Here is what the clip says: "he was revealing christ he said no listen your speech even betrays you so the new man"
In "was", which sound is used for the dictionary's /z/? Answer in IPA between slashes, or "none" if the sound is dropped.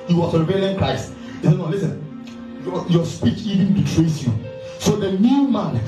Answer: /s/